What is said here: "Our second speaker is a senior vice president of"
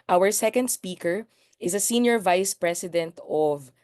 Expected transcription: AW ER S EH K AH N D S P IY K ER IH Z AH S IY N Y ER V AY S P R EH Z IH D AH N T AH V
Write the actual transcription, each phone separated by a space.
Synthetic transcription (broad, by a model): AW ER S EH K AH N D S P IY K ER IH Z AH S IY N Y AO V AY S P R EH S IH D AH N T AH V